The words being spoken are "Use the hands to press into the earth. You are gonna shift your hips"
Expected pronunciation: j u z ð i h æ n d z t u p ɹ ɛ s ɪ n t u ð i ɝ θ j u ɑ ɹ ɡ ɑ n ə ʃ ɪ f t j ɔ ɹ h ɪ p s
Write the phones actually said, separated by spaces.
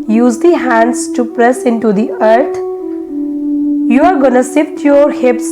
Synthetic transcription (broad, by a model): j u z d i h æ n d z t u p ɹ ɛ s ɪ n t u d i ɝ t j u ɑ ɹ ɡ ɑ n ə s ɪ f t j ɔ ɹ h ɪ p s